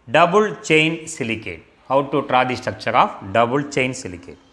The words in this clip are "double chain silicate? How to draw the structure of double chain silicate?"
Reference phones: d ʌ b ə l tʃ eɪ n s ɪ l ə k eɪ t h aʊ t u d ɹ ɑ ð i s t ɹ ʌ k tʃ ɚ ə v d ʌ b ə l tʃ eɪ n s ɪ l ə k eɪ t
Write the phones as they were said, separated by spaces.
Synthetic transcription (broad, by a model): d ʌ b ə l tʃ eɪ n s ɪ l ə k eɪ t h aʊ t u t ɹ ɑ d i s t ʌ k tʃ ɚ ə f d ʌ b ə l tʃ eɪ n s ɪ l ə k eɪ t